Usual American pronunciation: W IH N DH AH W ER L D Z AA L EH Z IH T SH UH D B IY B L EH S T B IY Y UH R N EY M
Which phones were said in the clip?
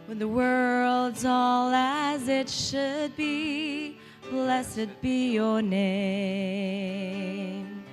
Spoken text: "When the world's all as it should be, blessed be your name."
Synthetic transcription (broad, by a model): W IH DH AH W ER L D Z AA L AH Z IH T SH UH D B IY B L EH S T B IY Y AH R N EY M